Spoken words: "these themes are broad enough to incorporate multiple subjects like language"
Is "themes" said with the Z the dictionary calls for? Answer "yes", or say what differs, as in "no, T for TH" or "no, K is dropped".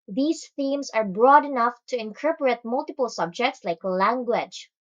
no, S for Z